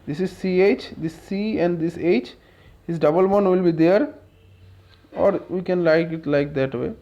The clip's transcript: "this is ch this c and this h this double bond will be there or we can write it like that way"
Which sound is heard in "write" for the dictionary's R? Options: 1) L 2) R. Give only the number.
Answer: 1